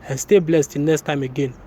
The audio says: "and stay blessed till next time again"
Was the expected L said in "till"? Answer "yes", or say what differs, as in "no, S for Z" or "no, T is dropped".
no, N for L